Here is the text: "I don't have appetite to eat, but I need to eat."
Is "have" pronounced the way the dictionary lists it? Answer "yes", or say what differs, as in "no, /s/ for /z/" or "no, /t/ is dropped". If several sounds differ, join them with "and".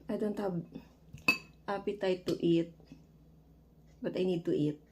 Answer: no, /b/ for /v/